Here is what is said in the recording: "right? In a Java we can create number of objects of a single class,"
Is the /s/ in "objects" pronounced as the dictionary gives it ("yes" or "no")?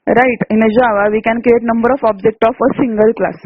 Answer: no